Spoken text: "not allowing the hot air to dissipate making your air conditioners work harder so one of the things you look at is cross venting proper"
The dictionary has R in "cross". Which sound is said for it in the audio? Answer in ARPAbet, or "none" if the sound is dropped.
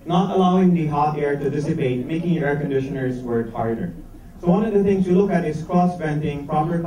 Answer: R